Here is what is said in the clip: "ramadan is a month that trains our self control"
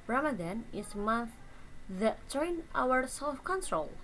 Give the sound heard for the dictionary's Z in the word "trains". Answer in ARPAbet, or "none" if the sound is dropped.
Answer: none